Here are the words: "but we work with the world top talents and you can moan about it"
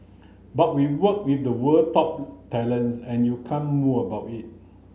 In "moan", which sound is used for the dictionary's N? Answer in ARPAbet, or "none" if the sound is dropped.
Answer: none